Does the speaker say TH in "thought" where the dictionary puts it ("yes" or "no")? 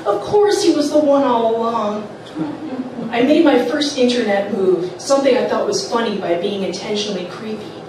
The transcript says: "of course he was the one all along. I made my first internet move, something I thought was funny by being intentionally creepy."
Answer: yes